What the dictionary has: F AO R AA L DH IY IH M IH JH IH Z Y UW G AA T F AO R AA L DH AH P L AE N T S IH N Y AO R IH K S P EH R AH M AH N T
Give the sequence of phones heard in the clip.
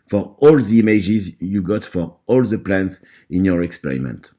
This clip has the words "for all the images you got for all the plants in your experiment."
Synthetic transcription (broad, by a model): F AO R AA L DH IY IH M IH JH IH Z Y UW G AA T F AO R AA L DH AH P L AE N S IH N Y AO R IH K S P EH R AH M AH N T